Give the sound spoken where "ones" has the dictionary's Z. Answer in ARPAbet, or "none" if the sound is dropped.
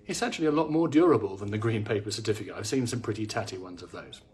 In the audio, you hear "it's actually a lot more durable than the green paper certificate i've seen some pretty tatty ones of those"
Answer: Z